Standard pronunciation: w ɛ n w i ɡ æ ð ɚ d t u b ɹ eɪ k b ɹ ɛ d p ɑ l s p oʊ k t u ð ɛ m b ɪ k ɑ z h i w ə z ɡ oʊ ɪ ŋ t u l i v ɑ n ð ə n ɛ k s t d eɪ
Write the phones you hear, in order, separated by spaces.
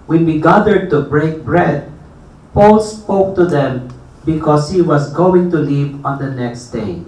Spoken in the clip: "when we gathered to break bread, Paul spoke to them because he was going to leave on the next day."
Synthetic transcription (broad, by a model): w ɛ n w i ɡ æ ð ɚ d t u b ɹ eɪ k b ɹ ɛ d p ɑ l s p oʊ k t u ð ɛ m b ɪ k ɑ s h i w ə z ɡ oʊ ɪ ŋ t u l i p ɑ n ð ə n ɛ k s t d eɪ